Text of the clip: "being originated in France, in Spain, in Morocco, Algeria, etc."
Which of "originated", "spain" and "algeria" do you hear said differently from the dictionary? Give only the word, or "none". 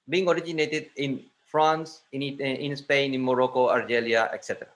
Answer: algeria